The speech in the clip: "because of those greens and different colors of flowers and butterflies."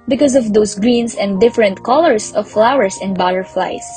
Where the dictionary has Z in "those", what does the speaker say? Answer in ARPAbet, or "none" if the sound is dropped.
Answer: S